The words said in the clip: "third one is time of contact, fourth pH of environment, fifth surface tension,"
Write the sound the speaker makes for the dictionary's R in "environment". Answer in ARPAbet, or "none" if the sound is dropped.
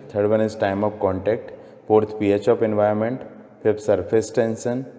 none